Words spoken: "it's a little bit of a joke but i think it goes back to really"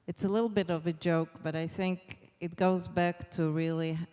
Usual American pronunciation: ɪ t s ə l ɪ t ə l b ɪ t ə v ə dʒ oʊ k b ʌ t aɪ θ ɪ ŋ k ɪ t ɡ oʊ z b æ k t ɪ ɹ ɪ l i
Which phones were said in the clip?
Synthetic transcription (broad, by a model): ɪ t s ə l ɪ t l b ɪ t ə v ə dʒ oʊ k b ʌ t aɪ θ ɪ ŋ k ɪ t ɡ oʊ z b æ k t ɪ ɹ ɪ l i